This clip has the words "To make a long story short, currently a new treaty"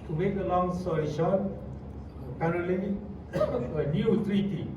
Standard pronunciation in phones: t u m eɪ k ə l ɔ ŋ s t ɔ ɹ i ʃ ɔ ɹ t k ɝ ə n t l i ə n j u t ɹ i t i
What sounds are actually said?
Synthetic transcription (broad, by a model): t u m eɪ k ə l ɔ ŋ s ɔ l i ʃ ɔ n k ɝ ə t l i ə n j u t ɹ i t i